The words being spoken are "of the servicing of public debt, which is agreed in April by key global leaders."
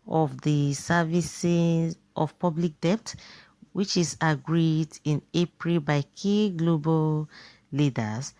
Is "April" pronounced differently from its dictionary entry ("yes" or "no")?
no